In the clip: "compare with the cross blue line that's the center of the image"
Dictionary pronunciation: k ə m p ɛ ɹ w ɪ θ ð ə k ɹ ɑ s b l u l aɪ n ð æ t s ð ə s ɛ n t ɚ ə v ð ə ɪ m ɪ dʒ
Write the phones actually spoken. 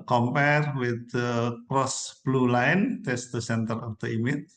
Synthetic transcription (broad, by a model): k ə m p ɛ ɹ w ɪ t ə k ɹ ɑ s b l u l aɪ n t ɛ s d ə s ɛ n t ɚ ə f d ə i m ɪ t